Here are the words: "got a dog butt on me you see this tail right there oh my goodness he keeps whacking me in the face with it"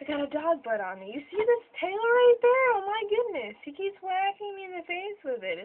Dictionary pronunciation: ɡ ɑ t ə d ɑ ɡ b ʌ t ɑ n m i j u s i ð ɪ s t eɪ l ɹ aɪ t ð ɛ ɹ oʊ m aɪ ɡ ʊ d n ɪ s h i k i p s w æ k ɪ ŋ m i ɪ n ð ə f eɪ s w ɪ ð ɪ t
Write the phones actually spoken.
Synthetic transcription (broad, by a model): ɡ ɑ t ə d ɑ ɡ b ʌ t n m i j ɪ s i ð ɪ s t eɪ l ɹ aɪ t ð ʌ ɹ oʊ m aɪ ɡ ʊ d n ɪ s h i k i p s w æ k ɪ ŋ ɪ n ð ə f eɪ s w ɪ ð ɪ t